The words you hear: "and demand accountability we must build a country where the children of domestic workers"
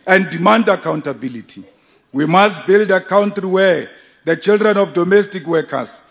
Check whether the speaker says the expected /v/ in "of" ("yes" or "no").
no